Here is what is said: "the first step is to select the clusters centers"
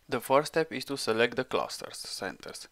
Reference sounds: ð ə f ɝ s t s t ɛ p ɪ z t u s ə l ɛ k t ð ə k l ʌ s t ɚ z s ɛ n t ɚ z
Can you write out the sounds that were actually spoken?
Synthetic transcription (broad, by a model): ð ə f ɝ t s t ɛ p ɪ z t u s ə l ɛ k t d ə k l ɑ s t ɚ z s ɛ n t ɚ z